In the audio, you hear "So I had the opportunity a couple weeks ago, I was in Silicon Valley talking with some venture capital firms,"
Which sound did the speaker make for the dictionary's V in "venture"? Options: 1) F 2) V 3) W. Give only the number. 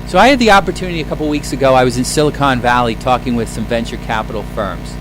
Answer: 2